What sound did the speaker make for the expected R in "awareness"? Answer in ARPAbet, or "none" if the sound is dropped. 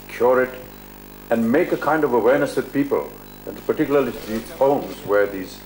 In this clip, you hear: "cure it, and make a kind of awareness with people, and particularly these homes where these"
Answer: R